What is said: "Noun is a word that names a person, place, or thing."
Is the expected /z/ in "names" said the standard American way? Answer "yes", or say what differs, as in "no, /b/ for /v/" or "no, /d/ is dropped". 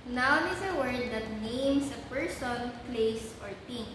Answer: no, /s/ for /z/